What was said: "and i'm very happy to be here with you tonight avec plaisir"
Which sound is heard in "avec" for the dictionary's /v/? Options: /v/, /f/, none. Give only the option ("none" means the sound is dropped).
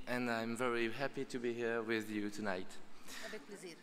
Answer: none